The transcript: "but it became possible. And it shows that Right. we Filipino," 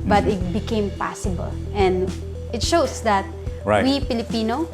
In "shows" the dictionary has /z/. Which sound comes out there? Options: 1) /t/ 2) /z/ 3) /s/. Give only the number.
3